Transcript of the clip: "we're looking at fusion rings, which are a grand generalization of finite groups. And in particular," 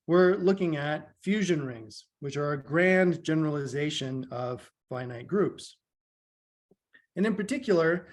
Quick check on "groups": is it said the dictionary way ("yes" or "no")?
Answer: yes